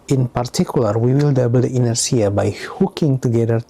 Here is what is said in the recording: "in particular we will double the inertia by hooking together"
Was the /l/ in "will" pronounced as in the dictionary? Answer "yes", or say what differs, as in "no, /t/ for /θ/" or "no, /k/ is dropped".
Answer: yes